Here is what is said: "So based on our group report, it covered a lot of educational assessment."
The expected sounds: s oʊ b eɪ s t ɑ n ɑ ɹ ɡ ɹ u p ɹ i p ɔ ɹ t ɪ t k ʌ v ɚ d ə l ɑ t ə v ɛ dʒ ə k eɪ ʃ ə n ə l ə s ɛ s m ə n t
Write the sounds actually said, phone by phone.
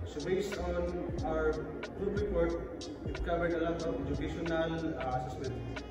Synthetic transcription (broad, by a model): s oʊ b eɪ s ɑ n ɑ ɹ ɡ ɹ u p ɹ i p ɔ ɹ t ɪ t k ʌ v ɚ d ə l ɑ t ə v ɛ dʒ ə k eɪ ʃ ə n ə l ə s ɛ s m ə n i